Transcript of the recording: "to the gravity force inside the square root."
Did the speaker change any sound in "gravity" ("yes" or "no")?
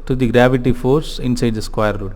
no